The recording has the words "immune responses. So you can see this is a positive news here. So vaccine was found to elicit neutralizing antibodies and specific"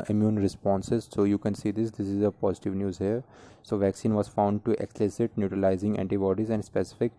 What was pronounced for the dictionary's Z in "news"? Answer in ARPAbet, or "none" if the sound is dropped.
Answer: Z